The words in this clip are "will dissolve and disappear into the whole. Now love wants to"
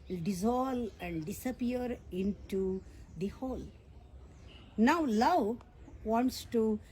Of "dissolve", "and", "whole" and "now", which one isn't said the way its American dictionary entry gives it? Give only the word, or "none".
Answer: dissolve